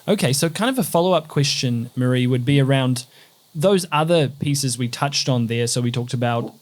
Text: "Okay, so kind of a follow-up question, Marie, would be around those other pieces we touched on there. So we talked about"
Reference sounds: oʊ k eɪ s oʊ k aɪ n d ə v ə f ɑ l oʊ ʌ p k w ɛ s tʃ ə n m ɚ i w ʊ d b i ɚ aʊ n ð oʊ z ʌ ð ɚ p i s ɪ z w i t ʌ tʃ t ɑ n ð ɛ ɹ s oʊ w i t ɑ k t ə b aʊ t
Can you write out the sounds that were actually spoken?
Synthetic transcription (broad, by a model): oʊ k eɪ s oʊ k aɪ n d ə v ə f ɑ l oʊ ʌ p k w ɛ s tʃ ə n m ɚ i w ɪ d b i ɚ aʊ n ð oʊ z ʌ ð ɚ p i s ɪ z w i t ʌ tʃ t n ð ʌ ɹ s oʊ w i t ɑ k t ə b aʊ t